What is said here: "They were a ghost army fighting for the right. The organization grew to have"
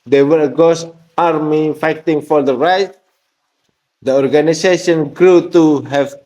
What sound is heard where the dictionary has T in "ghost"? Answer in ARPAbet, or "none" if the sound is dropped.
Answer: none